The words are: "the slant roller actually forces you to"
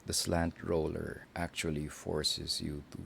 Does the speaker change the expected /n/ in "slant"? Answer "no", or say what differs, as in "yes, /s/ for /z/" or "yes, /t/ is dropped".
no